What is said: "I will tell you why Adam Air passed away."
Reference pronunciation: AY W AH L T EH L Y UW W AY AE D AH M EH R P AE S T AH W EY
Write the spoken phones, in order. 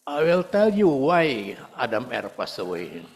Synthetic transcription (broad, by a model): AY W AH L T EH L Y UW W AY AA D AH M EH R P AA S AH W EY